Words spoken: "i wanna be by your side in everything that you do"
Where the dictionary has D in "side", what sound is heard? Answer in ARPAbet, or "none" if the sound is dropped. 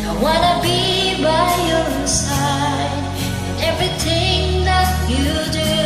none